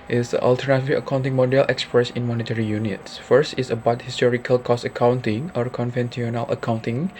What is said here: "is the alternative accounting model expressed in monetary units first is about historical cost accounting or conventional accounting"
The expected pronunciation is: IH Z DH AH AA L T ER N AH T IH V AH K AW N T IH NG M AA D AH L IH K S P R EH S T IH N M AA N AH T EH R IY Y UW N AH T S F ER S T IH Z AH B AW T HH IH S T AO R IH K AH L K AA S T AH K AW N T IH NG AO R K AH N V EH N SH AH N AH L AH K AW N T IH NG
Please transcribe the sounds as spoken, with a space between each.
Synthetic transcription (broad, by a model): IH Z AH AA L T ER N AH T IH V AH K AW N T IH NG M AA D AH L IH K S P R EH S IH N M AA N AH T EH R IY Y UW N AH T S F ER S T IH S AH B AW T HH IH S T AO R IH K AH L K AA S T AH K AW N T IH NG AO R K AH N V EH N S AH N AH L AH K AW N T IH NG